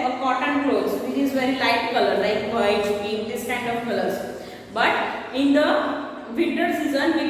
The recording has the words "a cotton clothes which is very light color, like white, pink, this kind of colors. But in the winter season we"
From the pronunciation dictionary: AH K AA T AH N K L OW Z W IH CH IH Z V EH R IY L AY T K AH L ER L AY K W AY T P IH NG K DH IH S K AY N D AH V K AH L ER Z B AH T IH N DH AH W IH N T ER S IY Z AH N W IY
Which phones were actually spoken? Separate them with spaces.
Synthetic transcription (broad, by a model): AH K AA T AH N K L OW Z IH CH IH Z V EH R IY L AY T K AH L ER L AY K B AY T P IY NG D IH S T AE N D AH P K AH L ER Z B AH T IH N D AH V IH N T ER S IY Z AH N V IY